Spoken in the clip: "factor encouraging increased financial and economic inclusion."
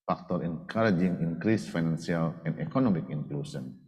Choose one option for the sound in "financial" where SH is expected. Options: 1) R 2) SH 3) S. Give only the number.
3